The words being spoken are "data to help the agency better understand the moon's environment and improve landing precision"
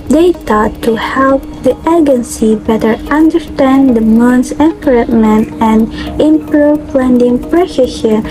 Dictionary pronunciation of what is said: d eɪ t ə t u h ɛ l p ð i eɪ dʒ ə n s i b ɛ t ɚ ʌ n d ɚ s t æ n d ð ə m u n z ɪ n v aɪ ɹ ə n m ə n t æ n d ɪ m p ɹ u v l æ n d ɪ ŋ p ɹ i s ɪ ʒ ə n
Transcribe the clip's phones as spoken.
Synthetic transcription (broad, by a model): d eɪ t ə t u h ɛ l p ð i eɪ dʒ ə n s i b ɛ t ɚ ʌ n d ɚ s t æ n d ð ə m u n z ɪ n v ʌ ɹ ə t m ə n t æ n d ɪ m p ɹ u p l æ n d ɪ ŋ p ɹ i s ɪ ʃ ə